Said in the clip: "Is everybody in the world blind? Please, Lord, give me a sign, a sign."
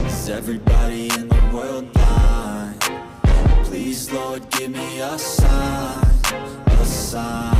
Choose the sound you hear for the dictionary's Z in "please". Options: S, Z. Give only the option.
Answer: Z